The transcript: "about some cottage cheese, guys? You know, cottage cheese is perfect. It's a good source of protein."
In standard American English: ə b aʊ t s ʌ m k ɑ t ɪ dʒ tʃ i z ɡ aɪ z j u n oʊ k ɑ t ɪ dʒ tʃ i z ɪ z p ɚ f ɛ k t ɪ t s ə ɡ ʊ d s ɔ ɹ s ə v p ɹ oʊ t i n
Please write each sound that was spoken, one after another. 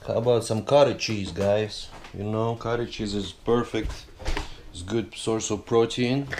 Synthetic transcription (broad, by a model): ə b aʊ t s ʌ m k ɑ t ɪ tʃ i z ɡ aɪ s j u n oʊ k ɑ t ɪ tʃ i z ɪ z p ɚ f ɛ k t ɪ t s ɡ ʊ d s ɔ ɹ s ə v p ɹ oʊ t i n